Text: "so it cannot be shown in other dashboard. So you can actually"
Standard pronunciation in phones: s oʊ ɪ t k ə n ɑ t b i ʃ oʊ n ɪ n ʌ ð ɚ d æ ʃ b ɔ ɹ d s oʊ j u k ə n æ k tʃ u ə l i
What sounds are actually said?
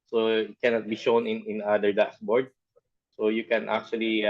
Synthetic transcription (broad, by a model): s oʊ ɪ t k ə n ɑ t b i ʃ oʊ n ɪ n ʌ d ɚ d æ s b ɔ ɹ d s oʊ j u k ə n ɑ k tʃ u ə l i